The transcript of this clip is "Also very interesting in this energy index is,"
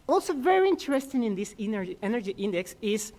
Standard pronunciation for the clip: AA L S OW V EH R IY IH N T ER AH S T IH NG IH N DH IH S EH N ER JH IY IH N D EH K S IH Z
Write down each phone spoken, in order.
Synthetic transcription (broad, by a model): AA L S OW V EH R IY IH N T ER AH S T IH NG IH N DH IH S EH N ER JH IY IH N D EH K S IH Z